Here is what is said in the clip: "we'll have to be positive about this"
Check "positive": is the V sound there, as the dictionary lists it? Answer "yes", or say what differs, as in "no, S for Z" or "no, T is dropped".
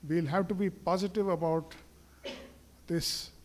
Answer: yes